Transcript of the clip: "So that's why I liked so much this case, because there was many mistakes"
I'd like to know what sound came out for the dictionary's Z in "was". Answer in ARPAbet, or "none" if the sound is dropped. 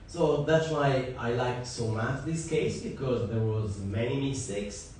Z